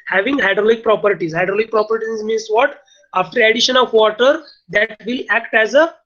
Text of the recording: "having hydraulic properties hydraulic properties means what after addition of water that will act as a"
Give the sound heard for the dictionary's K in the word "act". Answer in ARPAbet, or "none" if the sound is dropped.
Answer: K